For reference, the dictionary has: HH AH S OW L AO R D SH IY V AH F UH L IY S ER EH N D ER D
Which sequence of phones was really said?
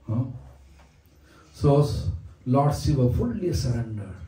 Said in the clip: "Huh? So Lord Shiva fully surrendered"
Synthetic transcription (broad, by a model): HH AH S OW L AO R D S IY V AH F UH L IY S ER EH N D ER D